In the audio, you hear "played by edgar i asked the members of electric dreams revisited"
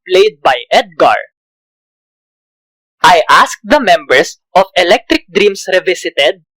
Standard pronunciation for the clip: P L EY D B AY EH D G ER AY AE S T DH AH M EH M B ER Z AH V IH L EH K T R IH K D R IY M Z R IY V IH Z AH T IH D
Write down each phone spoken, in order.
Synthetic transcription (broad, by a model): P L EY D B AY EH D G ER AY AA S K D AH M EH M B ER S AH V IH L EH K T R IH K D R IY M S R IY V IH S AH T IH D